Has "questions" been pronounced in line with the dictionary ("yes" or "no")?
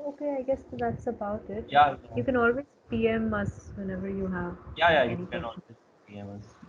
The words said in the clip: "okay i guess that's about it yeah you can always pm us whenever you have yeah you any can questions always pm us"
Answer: no